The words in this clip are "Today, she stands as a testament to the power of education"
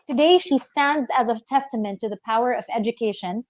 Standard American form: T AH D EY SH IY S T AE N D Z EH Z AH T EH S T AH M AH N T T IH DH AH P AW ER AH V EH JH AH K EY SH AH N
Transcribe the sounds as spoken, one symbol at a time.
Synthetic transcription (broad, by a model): T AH D EY SH IY S T AE N D Z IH Z AH T EH S T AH M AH N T T IH DH AH P AW ER AH V EH JH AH K EY SH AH N